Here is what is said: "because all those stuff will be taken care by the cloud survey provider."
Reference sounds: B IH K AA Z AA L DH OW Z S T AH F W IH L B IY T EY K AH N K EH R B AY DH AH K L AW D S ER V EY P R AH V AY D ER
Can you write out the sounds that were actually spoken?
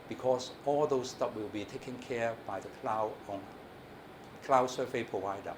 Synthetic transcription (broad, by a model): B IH K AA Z AA L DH OW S T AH P W IH L B IY T EY K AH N K EH R B AY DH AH K L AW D S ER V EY P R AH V AY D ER